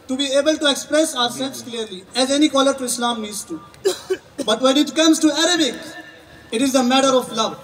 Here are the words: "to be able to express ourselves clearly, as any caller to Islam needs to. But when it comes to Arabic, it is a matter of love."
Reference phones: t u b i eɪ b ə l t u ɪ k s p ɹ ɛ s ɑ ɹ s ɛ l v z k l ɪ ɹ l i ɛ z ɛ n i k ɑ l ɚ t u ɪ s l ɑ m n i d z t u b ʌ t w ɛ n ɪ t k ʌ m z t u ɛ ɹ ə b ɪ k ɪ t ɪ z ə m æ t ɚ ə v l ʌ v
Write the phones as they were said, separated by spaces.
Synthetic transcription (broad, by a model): t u b i eɪ b ə l t u ɪ k s p ɹ ɛ s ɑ ɹ s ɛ l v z k l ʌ ɹ l i ɛ z ɛ n i k ɑ l ɚ t u ɪ s l ɑ m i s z t u b ʌ t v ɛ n ɪ t k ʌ m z t u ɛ ɹ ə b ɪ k ɪ t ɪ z ə m æ t ɚ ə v l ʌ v